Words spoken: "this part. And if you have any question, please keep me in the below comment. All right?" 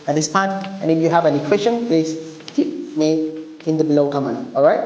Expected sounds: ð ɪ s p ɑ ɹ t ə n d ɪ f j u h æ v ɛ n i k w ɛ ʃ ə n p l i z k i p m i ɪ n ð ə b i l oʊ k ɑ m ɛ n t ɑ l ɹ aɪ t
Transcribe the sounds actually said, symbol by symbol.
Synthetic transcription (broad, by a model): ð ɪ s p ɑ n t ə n ɪ f j u h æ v ɛ n i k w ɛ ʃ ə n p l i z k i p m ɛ ɪ n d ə b i l oʊ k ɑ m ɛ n ɑ l ɹ aɪ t